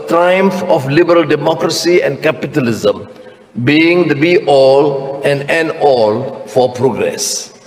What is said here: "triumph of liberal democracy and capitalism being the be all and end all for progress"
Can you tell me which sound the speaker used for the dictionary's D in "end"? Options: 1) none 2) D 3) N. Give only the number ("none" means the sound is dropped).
1